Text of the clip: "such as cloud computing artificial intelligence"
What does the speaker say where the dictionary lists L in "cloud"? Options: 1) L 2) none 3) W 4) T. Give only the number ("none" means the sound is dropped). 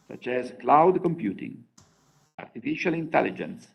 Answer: 1